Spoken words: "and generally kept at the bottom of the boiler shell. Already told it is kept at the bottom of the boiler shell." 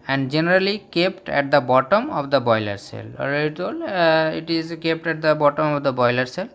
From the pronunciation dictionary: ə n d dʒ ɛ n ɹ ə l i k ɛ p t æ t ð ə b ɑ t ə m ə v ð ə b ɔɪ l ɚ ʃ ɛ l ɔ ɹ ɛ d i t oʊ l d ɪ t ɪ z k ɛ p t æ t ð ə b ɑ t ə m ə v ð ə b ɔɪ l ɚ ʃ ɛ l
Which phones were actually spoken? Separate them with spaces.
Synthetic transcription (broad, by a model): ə n d dʒ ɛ n ɹ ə l i k ɛ p t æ t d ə b ɑ t ə m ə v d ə b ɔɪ l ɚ s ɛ l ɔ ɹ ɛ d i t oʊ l ɪ t ɪ z k ɛ p t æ t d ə b ɑ t ə m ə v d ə b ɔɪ l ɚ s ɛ l